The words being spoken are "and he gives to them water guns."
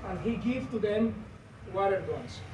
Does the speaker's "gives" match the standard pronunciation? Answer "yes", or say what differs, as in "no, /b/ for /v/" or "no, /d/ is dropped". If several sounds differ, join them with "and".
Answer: no, /z/ is dropped